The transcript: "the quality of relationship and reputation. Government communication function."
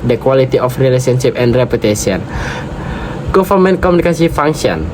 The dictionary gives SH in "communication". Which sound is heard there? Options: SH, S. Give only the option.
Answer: S